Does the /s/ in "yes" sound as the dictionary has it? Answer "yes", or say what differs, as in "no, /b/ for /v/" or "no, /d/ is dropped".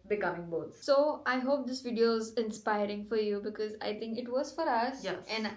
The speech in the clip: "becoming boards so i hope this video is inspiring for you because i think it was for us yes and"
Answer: no, /s/ is dropped